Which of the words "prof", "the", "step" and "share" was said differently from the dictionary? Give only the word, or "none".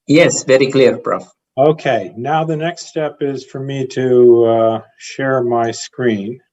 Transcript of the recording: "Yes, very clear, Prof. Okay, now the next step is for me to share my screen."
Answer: prof